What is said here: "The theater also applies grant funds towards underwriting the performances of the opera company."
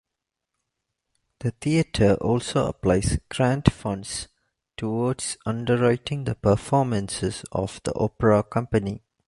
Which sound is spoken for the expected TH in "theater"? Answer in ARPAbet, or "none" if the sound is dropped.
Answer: T